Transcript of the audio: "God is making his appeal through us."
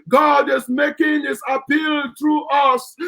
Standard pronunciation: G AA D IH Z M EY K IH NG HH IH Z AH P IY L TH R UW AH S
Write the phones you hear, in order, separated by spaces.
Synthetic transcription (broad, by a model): G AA D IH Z M EY K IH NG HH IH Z AH P IY L T R UW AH S